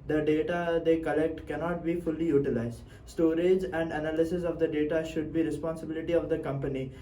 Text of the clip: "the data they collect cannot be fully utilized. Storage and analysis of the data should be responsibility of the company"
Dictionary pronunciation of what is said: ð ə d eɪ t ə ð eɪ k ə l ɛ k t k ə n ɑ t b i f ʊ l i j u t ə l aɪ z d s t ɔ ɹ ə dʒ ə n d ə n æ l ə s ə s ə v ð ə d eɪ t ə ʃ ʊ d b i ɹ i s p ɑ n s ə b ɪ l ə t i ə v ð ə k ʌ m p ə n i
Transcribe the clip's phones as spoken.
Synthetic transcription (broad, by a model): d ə d eɪ t ə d eɪ k ə l ɛ k t k ə n ɑ t b i f ʊ l i j u t ə l aɪ z d s t ɔ ɹ ə dʒ ə n d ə n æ l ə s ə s ə v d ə d eɪ t ə ʃ ʊ d b i ɹ i s p ɑ n s ə b ɪ l ə t i ə v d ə k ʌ m p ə n i